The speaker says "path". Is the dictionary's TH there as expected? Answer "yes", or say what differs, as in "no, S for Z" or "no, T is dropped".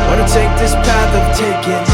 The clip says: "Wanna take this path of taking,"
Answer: yes